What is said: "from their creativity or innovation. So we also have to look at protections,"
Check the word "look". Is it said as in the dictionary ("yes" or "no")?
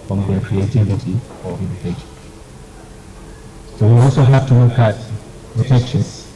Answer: no